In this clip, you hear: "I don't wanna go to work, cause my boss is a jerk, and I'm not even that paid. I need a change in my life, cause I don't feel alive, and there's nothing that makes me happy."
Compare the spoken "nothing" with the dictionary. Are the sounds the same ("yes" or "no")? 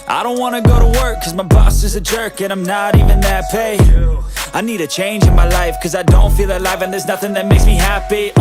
yes